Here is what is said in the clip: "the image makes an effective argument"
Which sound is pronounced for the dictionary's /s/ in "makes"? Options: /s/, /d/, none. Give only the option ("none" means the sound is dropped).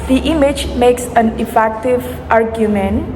/s/